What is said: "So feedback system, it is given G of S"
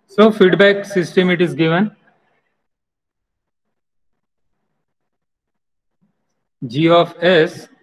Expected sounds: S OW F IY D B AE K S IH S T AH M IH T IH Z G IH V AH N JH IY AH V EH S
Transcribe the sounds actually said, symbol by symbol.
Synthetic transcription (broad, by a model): S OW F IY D B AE K S IH S T AH M IH T IH Z G IH V AH N JH IY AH F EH S